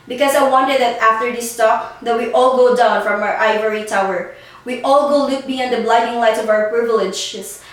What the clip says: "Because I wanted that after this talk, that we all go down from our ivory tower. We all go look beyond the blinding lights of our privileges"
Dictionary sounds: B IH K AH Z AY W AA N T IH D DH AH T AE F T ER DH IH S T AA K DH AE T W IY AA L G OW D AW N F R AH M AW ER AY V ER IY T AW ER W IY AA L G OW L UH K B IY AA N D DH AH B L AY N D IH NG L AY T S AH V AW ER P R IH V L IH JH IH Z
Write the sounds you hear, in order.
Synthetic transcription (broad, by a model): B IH K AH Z AY W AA N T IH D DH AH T AE F T ER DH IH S T AA K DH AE T W IY AA L G OW D AW N F R AH M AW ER AY V ER IY T AW ER W IY AA L G OW L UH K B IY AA N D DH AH B L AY D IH NG L AY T AH V AW ER P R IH V L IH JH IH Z